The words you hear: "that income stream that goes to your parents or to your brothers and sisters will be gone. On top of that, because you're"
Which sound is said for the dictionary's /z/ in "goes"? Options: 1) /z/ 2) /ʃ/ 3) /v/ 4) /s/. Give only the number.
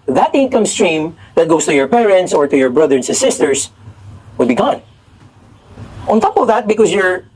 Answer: 4